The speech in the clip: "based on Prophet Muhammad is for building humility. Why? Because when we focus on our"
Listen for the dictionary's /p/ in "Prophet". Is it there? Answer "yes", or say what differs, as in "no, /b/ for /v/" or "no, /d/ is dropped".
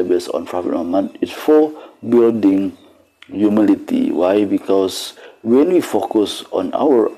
no, /f/ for /p/